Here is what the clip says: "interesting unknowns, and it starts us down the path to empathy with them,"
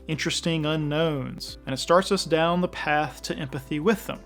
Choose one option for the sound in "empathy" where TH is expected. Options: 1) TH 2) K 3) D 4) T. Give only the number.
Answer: 1